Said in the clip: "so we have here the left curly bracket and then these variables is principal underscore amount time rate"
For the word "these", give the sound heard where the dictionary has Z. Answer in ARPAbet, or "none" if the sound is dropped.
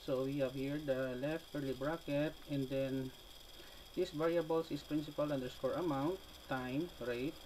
S